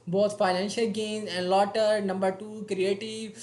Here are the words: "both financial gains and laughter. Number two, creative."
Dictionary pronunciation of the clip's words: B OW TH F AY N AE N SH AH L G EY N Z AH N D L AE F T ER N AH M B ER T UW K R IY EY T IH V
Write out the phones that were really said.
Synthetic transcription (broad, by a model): B OW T F AY N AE N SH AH L G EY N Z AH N D L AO T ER N AH M B ER T UW K R IY EY T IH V